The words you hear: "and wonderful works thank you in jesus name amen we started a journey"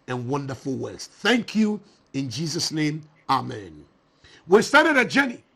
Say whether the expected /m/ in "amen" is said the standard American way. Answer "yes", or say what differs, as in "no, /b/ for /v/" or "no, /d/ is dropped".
yes